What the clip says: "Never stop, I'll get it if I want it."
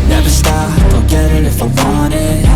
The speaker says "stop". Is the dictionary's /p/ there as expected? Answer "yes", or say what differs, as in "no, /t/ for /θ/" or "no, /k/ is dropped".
no, /p/ is dropped